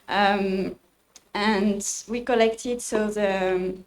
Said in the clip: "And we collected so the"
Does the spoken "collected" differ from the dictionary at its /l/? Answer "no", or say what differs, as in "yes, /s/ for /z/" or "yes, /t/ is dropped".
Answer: no